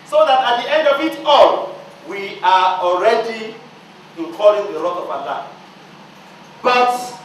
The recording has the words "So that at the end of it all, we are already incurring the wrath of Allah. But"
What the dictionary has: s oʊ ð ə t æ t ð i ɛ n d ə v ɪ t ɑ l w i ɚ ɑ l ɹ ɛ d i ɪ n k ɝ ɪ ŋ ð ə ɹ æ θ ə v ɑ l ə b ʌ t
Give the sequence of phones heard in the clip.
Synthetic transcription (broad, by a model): s oʊ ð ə t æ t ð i ɛ n d ə v ɪ t ɑ l w i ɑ ɑ l ɹ ɛ d i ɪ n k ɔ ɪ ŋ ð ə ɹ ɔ t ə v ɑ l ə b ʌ t